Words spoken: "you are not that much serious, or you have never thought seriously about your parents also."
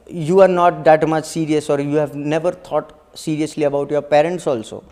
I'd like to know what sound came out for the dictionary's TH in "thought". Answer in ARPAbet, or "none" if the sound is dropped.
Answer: T